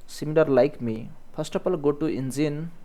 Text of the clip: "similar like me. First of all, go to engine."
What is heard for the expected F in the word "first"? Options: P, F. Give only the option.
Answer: P